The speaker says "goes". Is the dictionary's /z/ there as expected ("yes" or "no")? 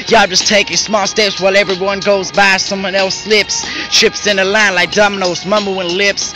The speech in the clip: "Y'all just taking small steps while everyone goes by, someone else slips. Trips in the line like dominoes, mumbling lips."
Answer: yes